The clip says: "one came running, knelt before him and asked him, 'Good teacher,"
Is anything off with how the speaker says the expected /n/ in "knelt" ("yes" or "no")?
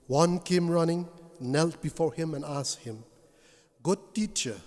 no